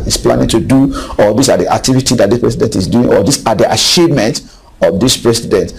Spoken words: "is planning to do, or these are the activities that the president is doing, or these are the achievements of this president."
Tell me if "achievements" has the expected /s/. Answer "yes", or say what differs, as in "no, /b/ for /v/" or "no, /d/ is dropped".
no, /s/ is dropped